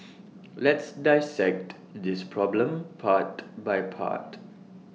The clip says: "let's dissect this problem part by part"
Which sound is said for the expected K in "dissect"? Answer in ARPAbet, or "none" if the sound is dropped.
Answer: K